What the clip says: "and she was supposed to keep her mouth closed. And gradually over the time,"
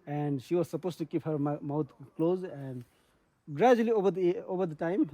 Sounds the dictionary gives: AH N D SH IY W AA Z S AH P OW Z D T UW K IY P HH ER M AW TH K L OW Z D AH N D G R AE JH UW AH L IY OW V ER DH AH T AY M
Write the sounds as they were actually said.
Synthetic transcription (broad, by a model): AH N D SH IY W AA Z S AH P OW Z T UW K IY P HH ER M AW T K L OW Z AH N D G R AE JH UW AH L IY OW V ER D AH T AY M